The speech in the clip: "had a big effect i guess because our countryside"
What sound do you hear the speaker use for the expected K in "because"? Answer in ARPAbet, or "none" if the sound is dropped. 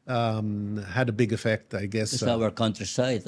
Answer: none